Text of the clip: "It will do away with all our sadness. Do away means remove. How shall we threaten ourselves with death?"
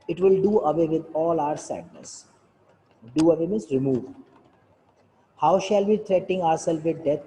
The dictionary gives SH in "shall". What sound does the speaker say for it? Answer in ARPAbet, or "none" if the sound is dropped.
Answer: SH